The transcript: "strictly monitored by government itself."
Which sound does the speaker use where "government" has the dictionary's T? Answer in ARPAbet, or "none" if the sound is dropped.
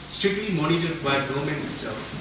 none